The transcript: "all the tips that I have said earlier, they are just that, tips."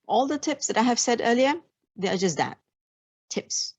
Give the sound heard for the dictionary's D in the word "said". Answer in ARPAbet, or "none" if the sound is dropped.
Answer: D